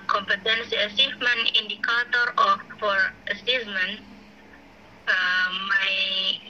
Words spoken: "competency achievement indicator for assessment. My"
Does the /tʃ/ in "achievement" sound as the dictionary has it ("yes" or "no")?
no